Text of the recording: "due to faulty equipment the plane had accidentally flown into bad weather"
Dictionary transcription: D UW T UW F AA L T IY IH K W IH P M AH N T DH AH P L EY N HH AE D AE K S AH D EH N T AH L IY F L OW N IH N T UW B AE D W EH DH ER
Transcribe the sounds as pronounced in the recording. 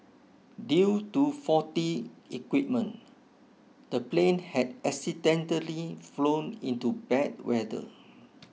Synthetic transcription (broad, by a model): D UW T UW F AA T IY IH K W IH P M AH N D AH P L EY N HH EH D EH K S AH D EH N T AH L IY F L OW N IH N T UW B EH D W EH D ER